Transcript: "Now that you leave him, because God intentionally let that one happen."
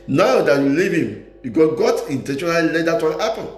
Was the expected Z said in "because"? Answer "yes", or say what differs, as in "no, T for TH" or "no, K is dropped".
no, Z is dropped